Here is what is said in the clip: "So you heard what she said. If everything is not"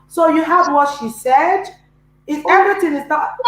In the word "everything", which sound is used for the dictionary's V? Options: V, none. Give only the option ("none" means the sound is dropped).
none